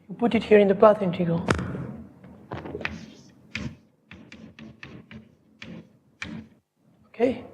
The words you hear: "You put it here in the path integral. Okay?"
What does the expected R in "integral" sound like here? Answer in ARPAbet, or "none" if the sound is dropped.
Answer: none